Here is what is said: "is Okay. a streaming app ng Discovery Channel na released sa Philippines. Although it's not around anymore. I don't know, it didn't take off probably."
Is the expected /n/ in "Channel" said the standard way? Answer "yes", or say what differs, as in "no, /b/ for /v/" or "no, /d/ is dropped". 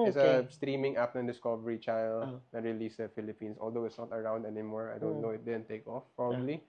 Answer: no, /n/ is dropped